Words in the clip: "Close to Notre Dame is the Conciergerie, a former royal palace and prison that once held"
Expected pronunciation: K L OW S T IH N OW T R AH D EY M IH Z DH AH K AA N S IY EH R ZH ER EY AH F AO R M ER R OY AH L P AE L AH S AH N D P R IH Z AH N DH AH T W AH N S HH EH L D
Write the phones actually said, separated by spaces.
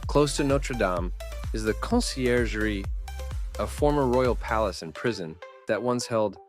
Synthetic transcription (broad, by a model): K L OW S T IH N OW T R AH D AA M IH Z DH AH K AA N S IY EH R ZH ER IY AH F AO R M ER R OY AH L P AE L AH S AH N P R IH Z AH N DH AH T W AH N S HH EH L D